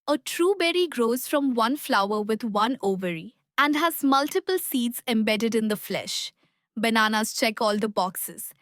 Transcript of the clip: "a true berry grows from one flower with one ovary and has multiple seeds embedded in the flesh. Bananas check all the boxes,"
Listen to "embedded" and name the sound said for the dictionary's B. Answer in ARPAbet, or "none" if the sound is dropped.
B